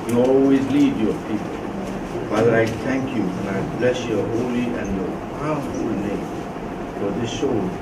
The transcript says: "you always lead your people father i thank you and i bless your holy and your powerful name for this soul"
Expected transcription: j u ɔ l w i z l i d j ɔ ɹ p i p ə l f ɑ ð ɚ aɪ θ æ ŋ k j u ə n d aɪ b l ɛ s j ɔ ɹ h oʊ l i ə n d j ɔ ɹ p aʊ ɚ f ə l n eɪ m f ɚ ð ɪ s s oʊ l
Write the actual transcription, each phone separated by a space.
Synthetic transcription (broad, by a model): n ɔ w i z l i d j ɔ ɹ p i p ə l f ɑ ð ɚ aɪ t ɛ ŋ k j u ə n aɪ b l ɛ s j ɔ h oʊ l i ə n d j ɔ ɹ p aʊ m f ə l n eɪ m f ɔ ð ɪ s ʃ oʊ